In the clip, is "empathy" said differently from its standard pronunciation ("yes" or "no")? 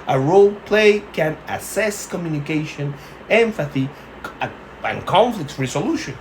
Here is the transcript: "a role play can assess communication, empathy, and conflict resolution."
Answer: yes